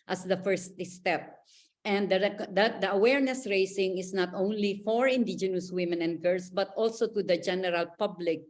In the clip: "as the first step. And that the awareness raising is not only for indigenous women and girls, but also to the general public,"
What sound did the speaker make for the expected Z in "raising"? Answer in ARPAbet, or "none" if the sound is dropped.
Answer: S